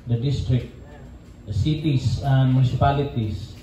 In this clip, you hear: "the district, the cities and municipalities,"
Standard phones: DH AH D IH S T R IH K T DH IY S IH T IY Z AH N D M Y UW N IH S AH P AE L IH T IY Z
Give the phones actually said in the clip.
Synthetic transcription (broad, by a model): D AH D IH S T R IH K T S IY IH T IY S AH N D M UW N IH S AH P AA L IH T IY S